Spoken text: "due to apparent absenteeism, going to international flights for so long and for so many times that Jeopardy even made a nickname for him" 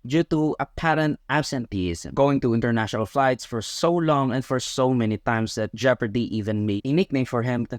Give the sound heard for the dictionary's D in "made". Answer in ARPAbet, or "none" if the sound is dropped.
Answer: none